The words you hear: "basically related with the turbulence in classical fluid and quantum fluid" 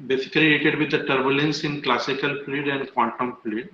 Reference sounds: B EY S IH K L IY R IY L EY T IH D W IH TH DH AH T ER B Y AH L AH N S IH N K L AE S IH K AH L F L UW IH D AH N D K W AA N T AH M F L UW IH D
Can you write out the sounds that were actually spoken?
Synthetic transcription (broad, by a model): B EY S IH K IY L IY EY T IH D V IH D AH T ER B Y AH L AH N S IH N K L AE S IH K AH L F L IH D AH N D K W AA N T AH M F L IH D